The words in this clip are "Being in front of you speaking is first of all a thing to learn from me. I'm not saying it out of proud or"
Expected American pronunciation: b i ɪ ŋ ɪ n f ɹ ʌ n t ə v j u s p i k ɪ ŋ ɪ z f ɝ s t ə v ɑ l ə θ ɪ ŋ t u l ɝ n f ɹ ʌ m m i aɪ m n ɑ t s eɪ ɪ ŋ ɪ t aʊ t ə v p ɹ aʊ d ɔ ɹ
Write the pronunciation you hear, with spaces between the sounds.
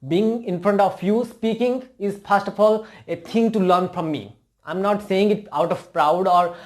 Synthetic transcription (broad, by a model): b i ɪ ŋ ɪ n f ɹ ʌ n t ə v j u s p i k ɪ ŋ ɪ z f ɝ s t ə f ɑ l ə t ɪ ŋ t u l ɝ n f ɹ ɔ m m i aɪ m n ɑ t s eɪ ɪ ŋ ɪ t aʊ t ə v p ɹ aʊ d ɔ ɹ